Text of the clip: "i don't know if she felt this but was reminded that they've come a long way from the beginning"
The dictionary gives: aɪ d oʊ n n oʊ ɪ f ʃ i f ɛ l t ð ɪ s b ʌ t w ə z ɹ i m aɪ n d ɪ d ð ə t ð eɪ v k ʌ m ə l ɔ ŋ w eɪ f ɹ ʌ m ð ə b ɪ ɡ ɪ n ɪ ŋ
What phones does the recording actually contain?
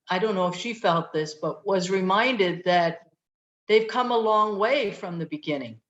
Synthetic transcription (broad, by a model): aɪ d oʊ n n oʊ ɪ f ʃ i f ɛ l t ð ɪ s b ʌ t w ə z ɹ i m aɪ n d ɪ d ð ə t ð eɪ v k ʌ m ə l ɔ ŋ w eɪ f ɹ ʌ m ð ə b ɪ ɡ ɪ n ɪ ŋ